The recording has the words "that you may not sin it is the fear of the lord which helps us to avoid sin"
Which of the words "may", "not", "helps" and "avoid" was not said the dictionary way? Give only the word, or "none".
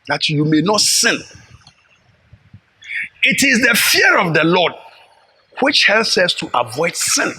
none